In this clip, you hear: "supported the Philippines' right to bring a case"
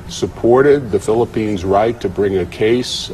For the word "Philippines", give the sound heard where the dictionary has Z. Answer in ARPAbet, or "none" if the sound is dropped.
Z